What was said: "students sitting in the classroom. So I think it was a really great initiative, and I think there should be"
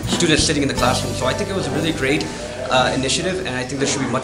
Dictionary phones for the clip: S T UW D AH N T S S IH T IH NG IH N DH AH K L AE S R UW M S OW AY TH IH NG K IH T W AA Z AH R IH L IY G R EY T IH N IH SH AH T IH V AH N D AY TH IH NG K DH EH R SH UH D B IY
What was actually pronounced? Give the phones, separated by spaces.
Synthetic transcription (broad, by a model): S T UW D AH N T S S IH T IH NG IH N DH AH K L AE S R UW M S OW AY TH IH NG K IH T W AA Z AH R IH L IY G R EY T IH N IH SH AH T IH V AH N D AY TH IH NG K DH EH SH UH D B IY